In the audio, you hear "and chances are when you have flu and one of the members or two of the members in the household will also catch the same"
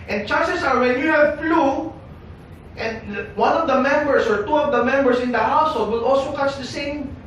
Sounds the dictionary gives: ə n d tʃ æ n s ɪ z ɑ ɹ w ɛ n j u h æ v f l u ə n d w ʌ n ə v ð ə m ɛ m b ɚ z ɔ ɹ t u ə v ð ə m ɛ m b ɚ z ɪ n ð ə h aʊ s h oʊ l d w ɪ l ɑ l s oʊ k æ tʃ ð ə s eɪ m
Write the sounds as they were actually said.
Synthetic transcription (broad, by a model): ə n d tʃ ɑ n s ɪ s ɑ ɹ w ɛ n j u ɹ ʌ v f l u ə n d w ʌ n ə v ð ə m ɛ m b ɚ s ɔ ɹ t u ə v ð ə m ɛ m b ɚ s ɪ n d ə h aʊ s h oʊ l d w ɪ l ɑ l s oʊ k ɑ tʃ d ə s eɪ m